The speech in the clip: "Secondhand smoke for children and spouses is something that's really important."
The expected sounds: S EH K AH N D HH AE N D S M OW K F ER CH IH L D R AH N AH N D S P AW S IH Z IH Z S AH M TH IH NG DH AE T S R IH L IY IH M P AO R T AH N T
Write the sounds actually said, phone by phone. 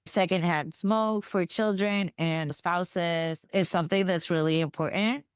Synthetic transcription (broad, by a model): S EH K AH N D HH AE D S M OW K F ER CH IH L D R AH N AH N S P AW S IH Z IH Z S AH M TH IH NG DH AE T S R IH L IY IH M P AO R T N T